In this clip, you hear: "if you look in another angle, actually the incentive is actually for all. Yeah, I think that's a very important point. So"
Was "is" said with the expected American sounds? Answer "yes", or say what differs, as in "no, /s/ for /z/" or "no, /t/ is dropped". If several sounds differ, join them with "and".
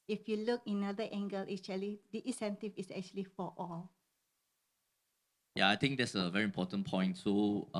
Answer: no, /s/ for /z/